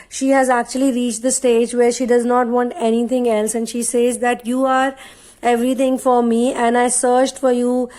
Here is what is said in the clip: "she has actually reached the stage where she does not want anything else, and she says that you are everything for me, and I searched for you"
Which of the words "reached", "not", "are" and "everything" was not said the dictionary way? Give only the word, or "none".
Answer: everything